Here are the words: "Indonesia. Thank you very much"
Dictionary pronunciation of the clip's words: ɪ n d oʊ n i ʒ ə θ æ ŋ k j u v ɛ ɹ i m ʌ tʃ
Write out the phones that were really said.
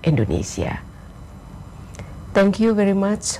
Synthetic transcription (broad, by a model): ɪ n d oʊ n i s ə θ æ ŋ k j u v ɛ ɹ i m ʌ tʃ